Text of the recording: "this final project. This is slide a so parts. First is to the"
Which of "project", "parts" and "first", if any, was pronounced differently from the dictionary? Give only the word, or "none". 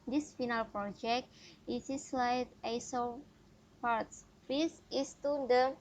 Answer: first